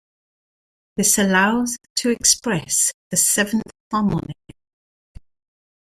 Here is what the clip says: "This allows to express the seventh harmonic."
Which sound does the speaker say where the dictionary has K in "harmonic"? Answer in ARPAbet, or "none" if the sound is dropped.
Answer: none